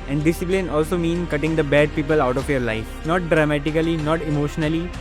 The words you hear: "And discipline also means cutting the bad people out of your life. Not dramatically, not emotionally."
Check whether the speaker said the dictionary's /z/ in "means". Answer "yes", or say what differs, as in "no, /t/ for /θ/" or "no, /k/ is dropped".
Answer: no, /z/ is dropped